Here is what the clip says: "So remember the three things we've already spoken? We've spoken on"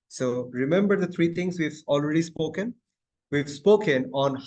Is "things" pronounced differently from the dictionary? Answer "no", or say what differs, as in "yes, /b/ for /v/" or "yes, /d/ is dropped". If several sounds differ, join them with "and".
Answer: yes, /t/ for /θ/